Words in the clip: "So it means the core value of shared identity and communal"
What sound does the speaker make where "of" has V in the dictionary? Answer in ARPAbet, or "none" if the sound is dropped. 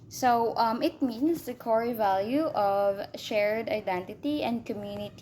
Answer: V